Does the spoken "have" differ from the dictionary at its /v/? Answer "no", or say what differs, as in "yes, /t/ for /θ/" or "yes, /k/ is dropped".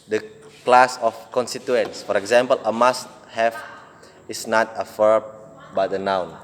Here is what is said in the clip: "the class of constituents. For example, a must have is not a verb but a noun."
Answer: yes, /f/ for /v/